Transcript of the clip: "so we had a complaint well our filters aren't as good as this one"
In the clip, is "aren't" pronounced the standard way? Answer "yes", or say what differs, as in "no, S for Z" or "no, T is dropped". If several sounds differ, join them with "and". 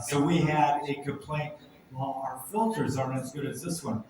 no, T is dropped